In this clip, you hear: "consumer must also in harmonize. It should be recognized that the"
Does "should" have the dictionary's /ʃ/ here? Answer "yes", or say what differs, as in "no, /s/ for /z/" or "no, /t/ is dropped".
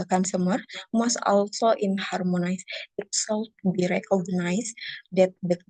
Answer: no, /s/ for /ʃ/